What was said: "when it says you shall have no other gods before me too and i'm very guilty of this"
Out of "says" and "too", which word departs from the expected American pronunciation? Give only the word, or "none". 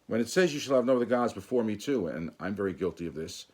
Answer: none